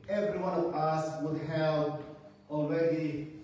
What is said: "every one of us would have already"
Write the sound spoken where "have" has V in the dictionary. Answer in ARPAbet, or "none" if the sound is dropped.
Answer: P